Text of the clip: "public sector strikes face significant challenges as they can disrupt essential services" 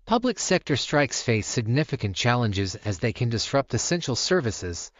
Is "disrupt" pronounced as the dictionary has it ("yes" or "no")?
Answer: yes